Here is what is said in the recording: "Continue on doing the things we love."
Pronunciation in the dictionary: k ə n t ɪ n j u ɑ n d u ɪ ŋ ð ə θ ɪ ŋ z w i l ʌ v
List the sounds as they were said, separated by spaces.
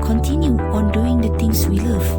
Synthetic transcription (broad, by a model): k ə n t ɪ n j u ɑ n d u ɪ ŋ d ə t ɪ ŋ s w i l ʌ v